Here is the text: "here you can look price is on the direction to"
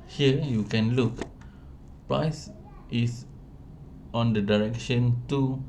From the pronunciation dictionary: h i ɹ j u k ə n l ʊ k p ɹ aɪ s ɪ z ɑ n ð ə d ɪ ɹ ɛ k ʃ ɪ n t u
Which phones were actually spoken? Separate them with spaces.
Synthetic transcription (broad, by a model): h i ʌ j u k ə n l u k p ɹ aɪ s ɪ s ɑ n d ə d ɪ ɹ ɛ k ʃ ɪ n t u